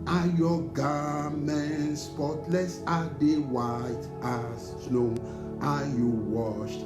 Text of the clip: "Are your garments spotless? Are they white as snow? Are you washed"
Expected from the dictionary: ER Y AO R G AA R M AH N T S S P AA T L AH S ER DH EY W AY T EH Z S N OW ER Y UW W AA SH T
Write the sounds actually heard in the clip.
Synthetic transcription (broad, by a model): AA Y AO G AA M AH N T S S P AA T L AH S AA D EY W AY T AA S N OW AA Y UW W AA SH T